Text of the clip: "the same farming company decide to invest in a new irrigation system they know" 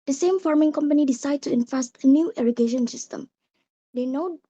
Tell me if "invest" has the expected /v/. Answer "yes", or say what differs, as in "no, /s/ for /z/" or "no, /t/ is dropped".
no, /f/ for /v/